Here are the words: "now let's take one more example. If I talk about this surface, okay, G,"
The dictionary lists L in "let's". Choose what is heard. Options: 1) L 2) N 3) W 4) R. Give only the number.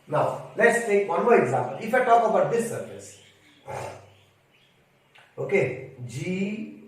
1